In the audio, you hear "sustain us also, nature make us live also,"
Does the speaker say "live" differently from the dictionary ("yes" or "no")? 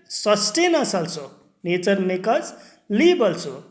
yes